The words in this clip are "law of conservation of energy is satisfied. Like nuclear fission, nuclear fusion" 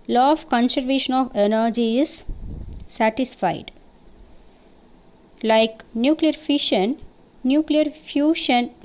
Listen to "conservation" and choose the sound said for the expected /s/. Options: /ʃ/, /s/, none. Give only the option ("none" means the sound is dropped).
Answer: /s/